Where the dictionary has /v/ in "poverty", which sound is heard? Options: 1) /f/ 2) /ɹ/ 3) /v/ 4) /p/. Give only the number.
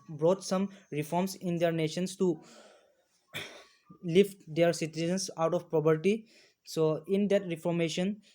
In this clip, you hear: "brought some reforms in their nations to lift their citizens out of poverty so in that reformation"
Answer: 4